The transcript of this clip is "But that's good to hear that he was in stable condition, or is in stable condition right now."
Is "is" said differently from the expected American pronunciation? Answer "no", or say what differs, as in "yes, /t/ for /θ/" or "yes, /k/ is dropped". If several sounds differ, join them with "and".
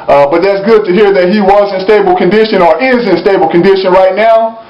no